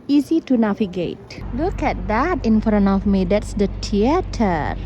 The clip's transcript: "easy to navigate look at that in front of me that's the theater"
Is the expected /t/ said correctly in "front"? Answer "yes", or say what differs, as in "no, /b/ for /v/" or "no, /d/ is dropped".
no, /t/ is dropped